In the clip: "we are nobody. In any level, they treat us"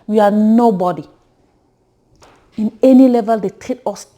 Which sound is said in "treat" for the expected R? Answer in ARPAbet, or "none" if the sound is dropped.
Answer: none